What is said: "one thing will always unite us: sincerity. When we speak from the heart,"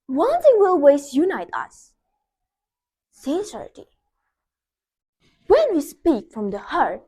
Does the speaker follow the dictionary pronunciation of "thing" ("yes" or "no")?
no